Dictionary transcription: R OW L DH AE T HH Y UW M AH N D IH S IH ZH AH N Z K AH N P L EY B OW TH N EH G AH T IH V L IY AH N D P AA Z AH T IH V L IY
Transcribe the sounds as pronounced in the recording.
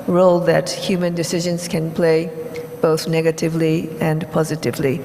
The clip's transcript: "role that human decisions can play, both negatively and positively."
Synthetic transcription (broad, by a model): R OW L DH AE T HH Y UW M AH N D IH S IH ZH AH N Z K AH N P L EY B OW TH N EH G AH T IH V L IY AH N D P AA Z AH T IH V L IY